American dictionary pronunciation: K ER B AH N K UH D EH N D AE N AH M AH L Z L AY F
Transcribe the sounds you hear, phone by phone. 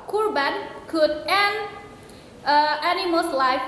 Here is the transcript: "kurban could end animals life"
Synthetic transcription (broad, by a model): K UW B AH N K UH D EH N AE N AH M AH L S L AY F